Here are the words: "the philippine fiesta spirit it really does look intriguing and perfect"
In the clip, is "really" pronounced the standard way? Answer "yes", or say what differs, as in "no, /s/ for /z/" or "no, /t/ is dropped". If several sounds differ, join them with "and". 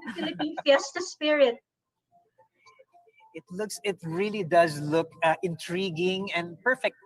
yes